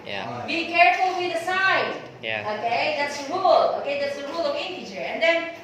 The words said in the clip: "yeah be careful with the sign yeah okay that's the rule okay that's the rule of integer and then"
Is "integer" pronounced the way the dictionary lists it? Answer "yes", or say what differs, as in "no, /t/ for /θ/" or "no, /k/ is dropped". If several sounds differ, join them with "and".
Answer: no, /tʃ/ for /dʒ/